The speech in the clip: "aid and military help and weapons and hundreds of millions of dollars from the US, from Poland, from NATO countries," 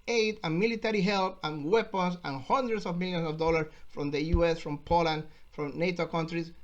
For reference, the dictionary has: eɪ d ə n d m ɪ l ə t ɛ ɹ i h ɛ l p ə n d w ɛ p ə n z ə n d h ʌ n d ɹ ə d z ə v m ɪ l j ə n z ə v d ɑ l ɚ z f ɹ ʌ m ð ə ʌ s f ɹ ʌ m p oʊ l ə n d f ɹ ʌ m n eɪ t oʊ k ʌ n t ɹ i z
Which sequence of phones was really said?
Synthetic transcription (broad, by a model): eɪ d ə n m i l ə t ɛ ɹ i h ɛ l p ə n w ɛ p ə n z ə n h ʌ n d ɹ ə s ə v m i l j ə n s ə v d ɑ l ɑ s f ɹ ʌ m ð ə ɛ s f ɹ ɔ m p oʊ l ə n d f ɹ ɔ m n eɪ t oʊ k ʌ n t ɹ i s